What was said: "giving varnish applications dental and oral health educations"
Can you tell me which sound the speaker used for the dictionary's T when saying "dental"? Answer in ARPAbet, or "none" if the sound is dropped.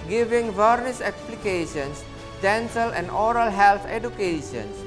S